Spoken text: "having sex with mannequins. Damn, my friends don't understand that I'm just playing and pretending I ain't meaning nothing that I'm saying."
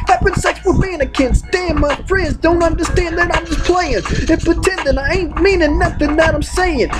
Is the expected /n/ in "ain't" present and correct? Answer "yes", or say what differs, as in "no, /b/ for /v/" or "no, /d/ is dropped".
yes